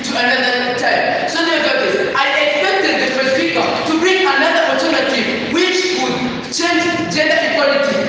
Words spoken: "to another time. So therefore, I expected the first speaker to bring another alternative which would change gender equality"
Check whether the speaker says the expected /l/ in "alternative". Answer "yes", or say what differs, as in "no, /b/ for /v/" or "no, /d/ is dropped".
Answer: no, /l/ is dropped